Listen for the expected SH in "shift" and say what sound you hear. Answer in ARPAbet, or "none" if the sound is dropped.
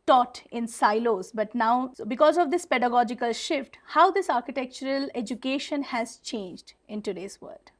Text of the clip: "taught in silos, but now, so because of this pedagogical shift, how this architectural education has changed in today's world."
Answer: SH